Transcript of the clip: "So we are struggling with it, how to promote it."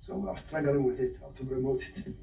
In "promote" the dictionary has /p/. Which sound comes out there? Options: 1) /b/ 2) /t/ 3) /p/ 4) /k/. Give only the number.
1